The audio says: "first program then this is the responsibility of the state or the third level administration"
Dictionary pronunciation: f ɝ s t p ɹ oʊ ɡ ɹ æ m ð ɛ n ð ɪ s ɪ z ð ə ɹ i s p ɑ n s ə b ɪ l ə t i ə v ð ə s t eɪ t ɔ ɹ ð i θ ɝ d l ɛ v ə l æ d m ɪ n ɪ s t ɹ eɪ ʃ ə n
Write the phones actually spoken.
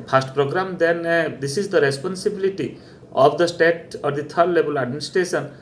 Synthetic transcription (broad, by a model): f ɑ s t p ɹ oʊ ɡ ɹ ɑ m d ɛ n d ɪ s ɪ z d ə ɹ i s p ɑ n s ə b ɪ l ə t i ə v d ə s t eɪ t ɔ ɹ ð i t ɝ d l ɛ b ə l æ d m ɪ n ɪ s t ɹ eɪ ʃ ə n